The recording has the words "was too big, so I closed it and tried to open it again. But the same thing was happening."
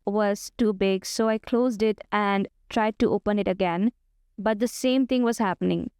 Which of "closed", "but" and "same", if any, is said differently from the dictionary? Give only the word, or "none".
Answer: none